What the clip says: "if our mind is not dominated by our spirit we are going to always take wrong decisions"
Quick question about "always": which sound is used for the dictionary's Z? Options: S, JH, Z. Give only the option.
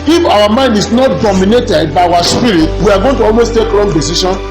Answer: S